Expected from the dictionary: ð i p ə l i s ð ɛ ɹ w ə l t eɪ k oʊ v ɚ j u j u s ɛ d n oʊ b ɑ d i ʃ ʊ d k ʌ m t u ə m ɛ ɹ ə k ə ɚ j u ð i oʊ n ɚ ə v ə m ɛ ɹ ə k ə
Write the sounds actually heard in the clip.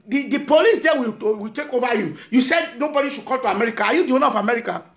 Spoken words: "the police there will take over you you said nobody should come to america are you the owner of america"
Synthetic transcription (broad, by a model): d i p ə l i s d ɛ w w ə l t eɪ k oʊ v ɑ j u j u s ɛ d n oʊ b ɑ d i ʃ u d k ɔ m t u ə m ɛ ɹ ə k ə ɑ j u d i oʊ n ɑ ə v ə m ɛ ɹ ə k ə